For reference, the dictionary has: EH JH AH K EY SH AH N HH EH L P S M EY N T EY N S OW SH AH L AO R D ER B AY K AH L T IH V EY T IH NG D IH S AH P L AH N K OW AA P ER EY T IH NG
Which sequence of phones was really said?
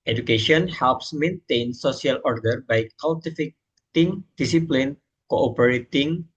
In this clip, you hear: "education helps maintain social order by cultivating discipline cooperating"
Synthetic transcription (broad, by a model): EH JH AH K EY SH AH N HH EH L P S M EY N T EY N S OW S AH L AO R D ER B AY K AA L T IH F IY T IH NG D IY S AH P L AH N K OW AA P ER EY T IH NG